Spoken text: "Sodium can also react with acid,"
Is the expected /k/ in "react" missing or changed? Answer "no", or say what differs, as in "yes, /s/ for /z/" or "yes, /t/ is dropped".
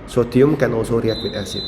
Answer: yes, /k/ is dropped